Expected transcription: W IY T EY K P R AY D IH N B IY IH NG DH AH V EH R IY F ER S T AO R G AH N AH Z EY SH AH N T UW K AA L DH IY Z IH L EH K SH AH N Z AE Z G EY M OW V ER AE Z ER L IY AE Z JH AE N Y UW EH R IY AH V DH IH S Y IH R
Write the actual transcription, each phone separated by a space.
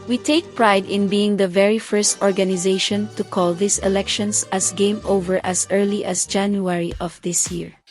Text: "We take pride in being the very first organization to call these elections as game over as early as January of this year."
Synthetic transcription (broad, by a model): W IY T EY K P R AY D IH N B IY IH NG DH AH V EH R IY F ER S T AO R G AH N AH Z EY SH AH N T UW K AA L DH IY S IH L EH K SH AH N S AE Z G EY M OW V ER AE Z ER L IY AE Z JH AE N Y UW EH R IY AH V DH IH S Y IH R